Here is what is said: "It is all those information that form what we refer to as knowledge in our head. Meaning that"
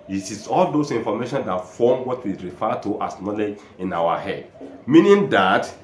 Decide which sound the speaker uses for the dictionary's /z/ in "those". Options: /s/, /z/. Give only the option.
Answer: /s/